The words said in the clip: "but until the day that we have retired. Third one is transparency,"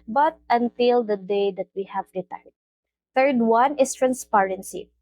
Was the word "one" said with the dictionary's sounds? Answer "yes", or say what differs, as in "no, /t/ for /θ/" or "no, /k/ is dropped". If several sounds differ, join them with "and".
yes